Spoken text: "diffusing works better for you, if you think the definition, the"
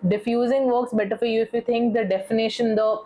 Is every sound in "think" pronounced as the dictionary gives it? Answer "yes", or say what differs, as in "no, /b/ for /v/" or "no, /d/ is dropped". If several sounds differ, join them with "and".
no, /t/ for /θ/